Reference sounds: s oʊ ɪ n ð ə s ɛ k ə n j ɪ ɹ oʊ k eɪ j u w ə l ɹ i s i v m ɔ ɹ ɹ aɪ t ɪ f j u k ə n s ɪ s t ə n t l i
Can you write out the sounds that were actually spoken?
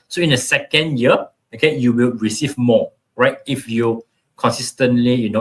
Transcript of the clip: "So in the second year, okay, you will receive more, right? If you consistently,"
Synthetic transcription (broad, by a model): s oʊ ɪ n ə s ɛ k ə n j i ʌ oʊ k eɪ j u w ə l ɹ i s i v m ɔ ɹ ɹ aɪ t ɪ f j u k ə n s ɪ s t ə n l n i